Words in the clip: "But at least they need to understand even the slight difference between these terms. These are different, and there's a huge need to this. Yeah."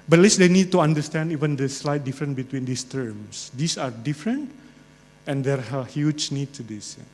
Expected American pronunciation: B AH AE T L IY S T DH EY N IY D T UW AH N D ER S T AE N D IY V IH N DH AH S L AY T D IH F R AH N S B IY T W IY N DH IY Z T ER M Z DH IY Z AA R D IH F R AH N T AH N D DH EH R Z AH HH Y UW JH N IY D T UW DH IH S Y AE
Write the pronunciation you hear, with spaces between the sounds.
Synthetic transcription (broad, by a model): B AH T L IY S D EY N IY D T UW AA N D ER S T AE N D IY V IH N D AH S L AY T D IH F R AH N B IY T W IY N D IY S T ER M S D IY S AA R D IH F R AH N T AH N D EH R AH HH Y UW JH N IY D T UW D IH S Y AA